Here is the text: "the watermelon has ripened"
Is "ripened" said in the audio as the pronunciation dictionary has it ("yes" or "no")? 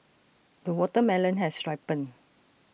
no